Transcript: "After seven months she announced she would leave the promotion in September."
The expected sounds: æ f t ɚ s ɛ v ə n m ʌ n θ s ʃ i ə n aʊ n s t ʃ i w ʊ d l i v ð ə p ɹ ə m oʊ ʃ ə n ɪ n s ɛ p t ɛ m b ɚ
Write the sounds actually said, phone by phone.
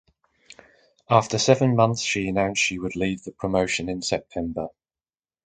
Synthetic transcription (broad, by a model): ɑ f t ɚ s ɛ v ə n m ʌ n θ s ʃ i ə n aʊ n s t ʃ i w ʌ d l i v ð ə p ɹ ə m oʊ ʃ ə n ɪ n s ɛ p t ɛ m b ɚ